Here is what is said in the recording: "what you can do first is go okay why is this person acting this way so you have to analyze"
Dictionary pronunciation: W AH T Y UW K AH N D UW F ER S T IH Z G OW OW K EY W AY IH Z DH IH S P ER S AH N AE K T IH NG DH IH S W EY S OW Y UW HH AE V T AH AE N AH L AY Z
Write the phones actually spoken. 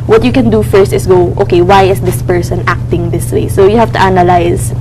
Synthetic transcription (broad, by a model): W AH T Y UW K AH N D UW F ER S T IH S G OW OW K EY W AY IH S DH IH S P ER S AH N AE K T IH NG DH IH S W EY S OW Y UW HH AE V T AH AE N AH L AY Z